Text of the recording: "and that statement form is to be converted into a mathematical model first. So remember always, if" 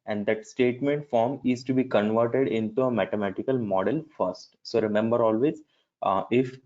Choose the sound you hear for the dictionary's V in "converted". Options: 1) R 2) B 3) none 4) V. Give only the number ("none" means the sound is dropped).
4